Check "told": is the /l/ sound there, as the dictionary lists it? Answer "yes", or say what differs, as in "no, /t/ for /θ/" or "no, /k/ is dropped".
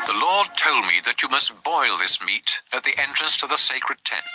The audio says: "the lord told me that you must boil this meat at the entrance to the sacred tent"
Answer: yes